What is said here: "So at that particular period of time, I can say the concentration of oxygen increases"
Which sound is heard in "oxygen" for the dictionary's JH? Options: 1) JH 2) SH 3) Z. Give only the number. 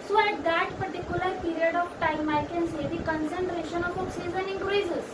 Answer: 3